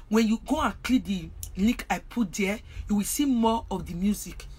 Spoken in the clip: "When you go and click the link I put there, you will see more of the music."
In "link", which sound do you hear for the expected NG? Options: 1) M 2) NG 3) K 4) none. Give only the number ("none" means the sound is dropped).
4